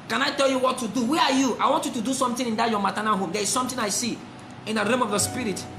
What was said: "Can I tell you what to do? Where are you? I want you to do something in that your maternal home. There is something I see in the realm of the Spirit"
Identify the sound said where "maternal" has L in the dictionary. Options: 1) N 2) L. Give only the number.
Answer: 1